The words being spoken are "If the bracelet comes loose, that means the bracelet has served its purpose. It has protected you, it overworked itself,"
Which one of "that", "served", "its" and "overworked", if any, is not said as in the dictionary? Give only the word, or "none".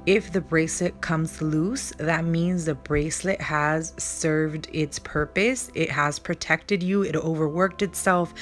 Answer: none